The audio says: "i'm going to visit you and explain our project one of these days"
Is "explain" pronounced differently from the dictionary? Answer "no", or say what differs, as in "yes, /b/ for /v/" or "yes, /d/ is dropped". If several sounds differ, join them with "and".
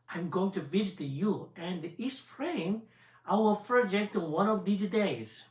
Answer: yes, /k/ is dropped